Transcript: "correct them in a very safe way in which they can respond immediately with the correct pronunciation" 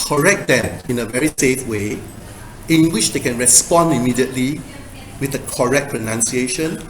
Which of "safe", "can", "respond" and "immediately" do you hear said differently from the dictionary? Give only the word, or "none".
none